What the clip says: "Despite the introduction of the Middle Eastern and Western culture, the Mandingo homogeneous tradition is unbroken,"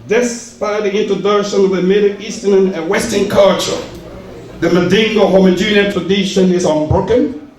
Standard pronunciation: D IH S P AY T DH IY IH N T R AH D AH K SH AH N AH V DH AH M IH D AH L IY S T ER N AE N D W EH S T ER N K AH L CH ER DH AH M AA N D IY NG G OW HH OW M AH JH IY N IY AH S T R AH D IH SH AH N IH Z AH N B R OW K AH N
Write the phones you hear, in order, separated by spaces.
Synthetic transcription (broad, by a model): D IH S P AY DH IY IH N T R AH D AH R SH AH N AH V DH AH M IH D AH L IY S T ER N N W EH S T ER N K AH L CH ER DH AH M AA D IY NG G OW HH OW M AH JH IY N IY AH T R AH D IH SH AH N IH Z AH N B R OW K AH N